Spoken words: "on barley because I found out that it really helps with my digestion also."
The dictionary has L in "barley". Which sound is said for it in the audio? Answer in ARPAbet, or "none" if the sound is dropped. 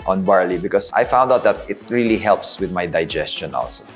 L